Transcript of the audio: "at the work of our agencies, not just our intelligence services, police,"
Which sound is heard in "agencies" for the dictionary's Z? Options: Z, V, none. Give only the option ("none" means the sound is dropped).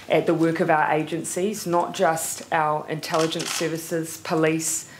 Z